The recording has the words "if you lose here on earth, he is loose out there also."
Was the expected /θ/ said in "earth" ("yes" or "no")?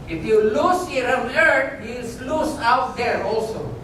no